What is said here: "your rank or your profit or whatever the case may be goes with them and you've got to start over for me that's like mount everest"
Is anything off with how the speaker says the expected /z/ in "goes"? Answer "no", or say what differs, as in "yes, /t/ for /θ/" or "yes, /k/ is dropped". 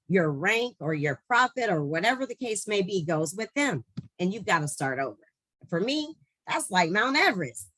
no